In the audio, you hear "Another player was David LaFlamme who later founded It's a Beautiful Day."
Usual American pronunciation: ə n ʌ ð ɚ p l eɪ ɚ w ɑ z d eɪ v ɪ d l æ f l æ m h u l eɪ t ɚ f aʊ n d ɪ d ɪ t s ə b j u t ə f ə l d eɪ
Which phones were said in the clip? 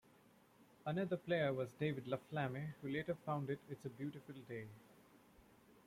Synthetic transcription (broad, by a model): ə n ʌ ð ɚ p l eɪ ɚ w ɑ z d eɪ v ɪ d l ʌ f l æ m h u l eɪ t ɚ f aʊ n d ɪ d ɪ t s ə b j u t ə f ə l d eɪ